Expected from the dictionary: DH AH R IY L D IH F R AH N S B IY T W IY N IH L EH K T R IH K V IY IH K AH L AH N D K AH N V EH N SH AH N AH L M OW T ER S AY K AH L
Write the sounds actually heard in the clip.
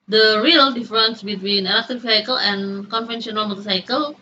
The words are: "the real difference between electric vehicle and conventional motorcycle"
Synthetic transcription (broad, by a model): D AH R IY L D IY F R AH N S B IY T W IY N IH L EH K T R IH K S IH K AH L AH N K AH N F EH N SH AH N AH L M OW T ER S AY K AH L